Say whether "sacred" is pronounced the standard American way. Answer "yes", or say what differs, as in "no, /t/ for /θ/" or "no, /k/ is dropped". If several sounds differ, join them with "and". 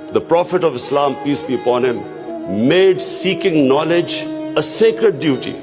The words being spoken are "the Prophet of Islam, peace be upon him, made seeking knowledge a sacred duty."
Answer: yes